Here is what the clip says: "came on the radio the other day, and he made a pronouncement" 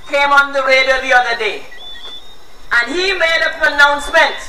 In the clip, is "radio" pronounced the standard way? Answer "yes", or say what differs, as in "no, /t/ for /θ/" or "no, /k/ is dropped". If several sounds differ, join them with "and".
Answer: no, /w/ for /ɹ/